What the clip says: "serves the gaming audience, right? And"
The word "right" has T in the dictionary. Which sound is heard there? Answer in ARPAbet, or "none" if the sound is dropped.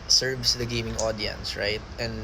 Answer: T